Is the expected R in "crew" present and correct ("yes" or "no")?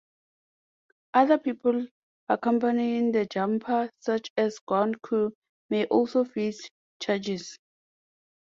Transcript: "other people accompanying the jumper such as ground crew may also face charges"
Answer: no